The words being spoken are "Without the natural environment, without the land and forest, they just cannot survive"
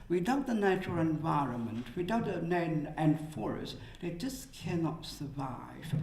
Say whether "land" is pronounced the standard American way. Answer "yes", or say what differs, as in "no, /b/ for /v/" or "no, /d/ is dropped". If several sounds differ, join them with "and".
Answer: no, /n/ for /l/ and /d/ is dropped